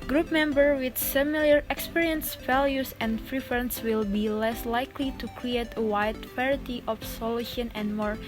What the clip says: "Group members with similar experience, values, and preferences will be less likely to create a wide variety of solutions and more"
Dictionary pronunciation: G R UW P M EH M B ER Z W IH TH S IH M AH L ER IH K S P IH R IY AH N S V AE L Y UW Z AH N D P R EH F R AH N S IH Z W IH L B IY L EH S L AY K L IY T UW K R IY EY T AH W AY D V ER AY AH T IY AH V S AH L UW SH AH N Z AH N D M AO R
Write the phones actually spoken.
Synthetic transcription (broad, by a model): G R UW P M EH M B ER W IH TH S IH M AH L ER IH K S P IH R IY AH N S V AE L Y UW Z AH N D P R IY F R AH N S W IH L B IY L EH S L AY K L IY T UW K R IY EY T AH W AY D P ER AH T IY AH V S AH L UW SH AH N AH N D M AO R